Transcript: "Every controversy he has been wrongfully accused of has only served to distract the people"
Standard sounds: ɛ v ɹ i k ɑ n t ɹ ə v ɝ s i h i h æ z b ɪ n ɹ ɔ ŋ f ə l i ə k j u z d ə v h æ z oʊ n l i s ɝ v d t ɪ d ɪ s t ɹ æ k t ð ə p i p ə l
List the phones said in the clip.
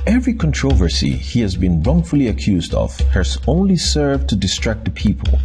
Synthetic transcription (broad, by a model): ɛ v ɹ i k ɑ n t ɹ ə v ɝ s i h i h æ z b ɪ n ɹ ɔ ŋ f ə l i ə k j u z d ə v h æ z oʊ n l i s ɝ v t ɪ d ɪ s t ɹ æ k t ð ə p i p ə l